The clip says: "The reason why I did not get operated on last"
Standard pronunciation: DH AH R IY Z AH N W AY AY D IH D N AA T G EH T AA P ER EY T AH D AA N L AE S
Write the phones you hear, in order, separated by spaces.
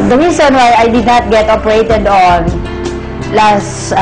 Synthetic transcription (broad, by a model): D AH R IY S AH N W AY AY D IH D N AA T G EH T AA P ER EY T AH D AA N L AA S